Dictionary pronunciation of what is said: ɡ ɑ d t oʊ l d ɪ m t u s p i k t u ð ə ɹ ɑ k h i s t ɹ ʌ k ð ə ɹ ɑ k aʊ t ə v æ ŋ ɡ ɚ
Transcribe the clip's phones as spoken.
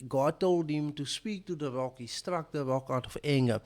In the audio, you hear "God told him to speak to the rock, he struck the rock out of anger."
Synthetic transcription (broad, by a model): ɡ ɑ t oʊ l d ɪ m t u s p i k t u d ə ɹ ɑ k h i s t ɹ ʌ k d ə ɹ ɑ k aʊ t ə f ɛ ŋ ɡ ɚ